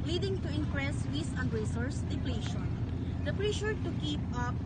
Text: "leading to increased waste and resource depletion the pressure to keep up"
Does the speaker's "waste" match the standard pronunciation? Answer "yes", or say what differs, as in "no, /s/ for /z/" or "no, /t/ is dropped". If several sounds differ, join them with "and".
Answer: no, /t/ is dropped